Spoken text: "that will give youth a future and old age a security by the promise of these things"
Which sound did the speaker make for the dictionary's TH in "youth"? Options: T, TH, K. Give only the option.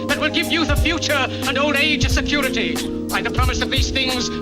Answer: TH